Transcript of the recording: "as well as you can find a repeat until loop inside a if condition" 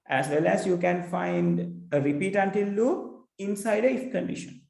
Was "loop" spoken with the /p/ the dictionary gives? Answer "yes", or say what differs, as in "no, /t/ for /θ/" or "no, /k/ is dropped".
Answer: no, /p/ is dropped